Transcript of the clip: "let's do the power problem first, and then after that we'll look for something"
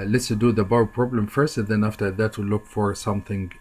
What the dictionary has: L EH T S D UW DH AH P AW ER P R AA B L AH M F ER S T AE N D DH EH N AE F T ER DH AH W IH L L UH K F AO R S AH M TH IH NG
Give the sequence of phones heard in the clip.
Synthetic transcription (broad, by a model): L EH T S D UW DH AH B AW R P R AA B L AH M F ER S T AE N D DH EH N AE F T ER DH AH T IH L L UH K F AO R S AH M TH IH NG